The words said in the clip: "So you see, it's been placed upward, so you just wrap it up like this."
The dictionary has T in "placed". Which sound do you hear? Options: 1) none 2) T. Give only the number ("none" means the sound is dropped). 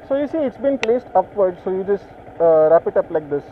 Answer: 2